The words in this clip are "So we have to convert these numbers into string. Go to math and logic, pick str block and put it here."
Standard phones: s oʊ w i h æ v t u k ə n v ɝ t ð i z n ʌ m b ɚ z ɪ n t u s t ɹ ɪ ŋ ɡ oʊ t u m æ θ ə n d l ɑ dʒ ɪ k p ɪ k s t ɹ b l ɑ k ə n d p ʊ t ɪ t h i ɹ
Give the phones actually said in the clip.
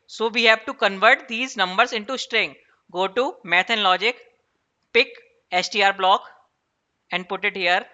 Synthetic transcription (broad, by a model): s oʊ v i h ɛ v t u k ə n v ɝ t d i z n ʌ m b ɚ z ɪ n t u s t ɹ ɪ ŋ ɡ oʊ t u m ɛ t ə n l ɑ dʒ ɪ k p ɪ k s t ɹ b l ɑ k ə n d p ʊ t ɪ t h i ɹ